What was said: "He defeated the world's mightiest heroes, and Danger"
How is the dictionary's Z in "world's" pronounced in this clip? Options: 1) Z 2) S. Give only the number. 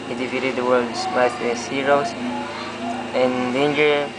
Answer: 2